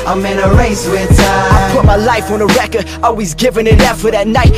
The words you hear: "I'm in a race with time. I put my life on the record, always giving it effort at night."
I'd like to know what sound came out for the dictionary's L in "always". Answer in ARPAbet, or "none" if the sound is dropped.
L